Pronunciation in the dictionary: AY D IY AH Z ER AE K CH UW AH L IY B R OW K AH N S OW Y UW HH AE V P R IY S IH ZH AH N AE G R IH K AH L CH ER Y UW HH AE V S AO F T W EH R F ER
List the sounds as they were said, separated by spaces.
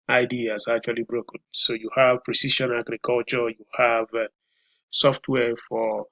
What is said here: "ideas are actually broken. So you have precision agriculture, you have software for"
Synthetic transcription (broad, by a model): AY D IY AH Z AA K CH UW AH L IY B R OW K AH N S OW Y UW HH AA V P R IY S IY SH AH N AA G R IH K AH L CH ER Y UW HH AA V S AO F T W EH F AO